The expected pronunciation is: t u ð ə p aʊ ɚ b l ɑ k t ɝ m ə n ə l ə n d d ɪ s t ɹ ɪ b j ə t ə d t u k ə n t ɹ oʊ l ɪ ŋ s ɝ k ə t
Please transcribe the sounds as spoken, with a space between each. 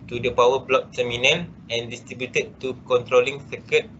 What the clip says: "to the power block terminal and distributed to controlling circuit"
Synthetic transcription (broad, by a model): t u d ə p aʊ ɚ b l ɑ k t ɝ m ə n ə n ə n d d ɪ s t ɹ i b j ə t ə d t u k ə n t ɹ oʊ l ɪ ŋ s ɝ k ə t